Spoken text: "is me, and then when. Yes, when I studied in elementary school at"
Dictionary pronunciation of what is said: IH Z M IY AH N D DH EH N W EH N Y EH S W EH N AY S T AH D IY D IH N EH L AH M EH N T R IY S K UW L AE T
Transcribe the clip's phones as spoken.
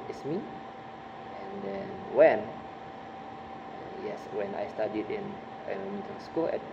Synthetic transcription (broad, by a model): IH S M IY AH N D EH N W EH N Y EH S W EH N AY S T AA D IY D IH N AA N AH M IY T IY S K UW L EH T